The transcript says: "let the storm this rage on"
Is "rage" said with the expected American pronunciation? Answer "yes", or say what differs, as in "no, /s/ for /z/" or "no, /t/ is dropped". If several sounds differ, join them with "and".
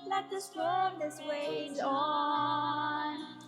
no, /w/ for /ɹ/